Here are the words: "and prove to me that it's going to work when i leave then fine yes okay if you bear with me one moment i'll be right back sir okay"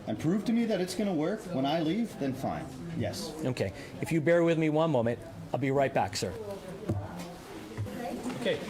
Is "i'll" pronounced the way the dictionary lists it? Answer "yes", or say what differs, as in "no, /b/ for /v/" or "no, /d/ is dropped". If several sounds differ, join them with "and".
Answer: yes